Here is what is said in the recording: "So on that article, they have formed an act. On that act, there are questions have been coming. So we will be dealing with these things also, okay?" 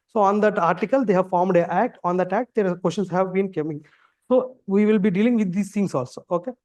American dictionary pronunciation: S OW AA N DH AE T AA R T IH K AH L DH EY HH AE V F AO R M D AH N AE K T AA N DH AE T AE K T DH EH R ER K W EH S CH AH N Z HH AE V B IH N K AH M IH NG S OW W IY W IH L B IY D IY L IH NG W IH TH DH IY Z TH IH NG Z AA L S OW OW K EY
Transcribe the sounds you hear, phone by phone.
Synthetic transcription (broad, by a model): S OW AA N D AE T AA R T IH K AH L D EY HH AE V F AO R M D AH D AE K T AA N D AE T AE K T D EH R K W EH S SH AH N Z HH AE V B IH N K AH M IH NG S OW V IY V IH L B IY D IY L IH NG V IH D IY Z T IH NG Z AA L S OW OW K EY